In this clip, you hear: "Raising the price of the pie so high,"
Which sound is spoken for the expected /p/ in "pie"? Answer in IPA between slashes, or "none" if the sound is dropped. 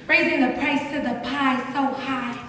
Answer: /p/